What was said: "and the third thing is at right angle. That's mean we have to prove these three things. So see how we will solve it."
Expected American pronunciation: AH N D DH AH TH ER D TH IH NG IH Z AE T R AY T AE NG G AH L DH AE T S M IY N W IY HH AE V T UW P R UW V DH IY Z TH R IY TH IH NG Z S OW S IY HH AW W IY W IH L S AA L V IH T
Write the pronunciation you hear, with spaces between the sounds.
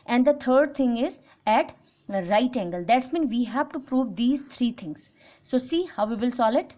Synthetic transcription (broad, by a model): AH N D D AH T ER D T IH NG IH Z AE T R AY T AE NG G AH L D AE T S M IY N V IY HH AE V T UW P R UW V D IY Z T R IY T IH NG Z S OW S IY HH AW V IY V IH L S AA L IH T